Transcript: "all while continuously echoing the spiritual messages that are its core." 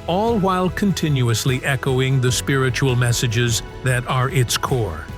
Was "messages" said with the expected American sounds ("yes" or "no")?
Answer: yes